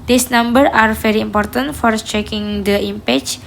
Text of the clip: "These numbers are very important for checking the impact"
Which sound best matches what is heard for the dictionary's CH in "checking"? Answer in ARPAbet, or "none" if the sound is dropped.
CH